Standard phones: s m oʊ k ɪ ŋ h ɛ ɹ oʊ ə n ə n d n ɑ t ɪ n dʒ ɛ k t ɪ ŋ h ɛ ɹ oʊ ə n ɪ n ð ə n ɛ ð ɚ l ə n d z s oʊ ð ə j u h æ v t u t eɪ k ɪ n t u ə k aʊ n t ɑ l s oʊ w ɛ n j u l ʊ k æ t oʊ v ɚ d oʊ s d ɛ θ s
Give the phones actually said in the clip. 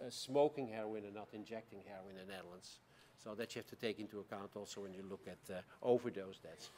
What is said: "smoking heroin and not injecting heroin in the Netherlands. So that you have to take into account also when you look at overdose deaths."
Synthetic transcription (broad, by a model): s m oʊ k ɪ ŋ h ɛ ɹ oʊ ə n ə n n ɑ t ɪ n dʒ ɛ k t ɪ ŋ h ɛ ɹ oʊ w ɪ n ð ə n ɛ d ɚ l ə n s oʊ ð ə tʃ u h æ f t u t eɪ k ɪ n t u ə k aʊ n t ɑ l s oʊ w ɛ n j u l ʊ k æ t oʊ v ɚ d oʊ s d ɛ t s